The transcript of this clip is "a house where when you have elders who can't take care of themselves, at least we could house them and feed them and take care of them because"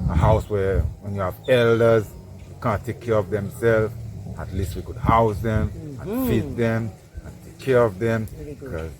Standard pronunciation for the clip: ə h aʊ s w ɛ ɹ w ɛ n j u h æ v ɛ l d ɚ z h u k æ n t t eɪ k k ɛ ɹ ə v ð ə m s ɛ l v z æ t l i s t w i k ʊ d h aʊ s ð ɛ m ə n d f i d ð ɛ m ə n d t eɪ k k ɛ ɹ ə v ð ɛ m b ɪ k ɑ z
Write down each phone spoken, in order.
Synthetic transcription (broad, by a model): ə h aʊ s w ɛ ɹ w ɛ n j u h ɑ v ɛ l d ɚ z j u k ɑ n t t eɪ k k ɛ ɹ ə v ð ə m s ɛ l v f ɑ t l i s t w i k ʊ d h aʊ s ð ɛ m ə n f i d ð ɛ m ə n t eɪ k k ɛ ɹ ə v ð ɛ m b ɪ k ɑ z